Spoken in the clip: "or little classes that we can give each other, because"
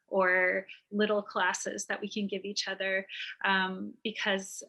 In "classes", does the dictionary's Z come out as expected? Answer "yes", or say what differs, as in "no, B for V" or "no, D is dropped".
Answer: yes